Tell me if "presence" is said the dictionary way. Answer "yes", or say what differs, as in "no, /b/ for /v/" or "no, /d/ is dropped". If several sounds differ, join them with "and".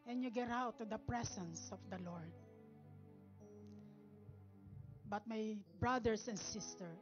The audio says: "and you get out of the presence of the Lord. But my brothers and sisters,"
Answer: no, /s/ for /z/